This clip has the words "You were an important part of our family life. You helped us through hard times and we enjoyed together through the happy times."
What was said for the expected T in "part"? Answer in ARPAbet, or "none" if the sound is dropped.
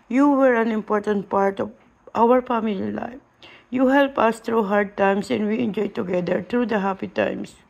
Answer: T